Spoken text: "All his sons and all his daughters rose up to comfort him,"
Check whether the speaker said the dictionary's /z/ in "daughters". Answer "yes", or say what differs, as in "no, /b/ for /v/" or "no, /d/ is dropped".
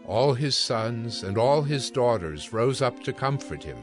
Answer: yes